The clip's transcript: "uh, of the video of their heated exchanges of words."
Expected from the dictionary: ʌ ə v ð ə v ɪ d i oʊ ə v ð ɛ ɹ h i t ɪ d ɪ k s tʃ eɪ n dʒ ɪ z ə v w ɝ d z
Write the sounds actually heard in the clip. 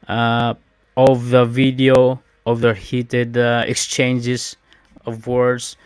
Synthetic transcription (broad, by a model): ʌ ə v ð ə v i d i oʊ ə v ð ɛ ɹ h i t ɪ d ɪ k s tʃ eɪ n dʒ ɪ s ə v w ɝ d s